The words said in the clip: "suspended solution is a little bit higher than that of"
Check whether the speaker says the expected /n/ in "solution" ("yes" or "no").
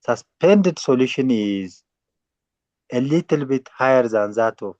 yes